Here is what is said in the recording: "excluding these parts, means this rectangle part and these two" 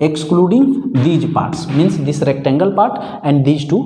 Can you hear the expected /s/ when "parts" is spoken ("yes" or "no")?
yes